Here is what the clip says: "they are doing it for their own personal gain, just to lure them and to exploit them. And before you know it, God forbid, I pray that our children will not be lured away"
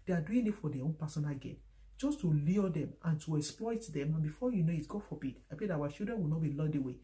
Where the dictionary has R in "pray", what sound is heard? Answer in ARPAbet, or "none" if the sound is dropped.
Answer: none